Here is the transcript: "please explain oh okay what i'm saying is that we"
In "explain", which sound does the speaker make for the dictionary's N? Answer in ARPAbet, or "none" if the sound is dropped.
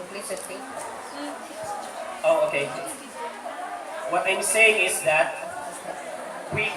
none